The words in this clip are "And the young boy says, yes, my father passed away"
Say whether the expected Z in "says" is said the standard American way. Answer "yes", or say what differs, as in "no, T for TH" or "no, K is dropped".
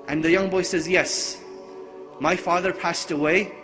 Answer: yes